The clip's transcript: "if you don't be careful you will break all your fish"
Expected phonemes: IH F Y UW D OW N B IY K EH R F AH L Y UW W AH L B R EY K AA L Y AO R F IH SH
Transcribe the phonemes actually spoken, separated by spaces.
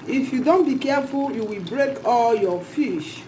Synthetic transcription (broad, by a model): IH F Y UW D OW N B IY K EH F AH L Y UW W AH L B R EY K AA L Y AO F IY SH